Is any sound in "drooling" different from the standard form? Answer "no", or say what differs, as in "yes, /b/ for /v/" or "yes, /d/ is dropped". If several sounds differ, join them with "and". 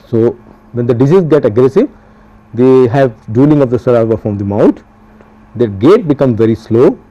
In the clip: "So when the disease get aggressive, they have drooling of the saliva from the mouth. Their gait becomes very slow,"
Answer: yes, /ɹ/ is dropped